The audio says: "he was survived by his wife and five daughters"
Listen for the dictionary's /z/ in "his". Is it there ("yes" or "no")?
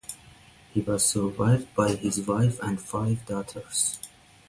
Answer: yes